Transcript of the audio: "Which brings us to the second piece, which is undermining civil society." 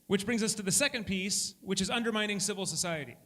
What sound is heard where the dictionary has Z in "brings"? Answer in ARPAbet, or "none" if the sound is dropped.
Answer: Z